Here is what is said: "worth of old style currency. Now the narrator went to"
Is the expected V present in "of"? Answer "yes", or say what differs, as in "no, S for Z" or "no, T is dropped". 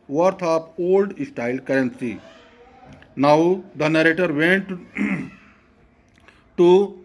no, P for V